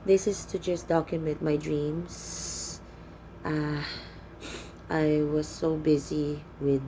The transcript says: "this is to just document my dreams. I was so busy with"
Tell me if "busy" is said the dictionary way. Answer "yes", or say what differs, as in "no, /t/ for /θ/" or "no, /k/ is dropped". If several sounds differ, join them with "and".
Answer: yes